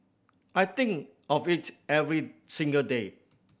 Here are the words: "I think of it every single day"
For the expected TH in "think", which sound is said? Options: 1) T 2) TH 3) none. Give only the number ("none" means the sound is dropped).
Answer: 1